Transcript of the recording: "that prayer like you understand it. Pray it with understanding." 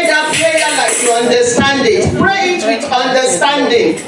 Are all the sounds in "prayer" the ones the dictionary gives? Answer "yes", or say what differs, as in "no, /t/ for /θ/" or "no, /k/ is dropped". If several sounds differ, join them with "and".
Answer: no, /l/ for /ɹ/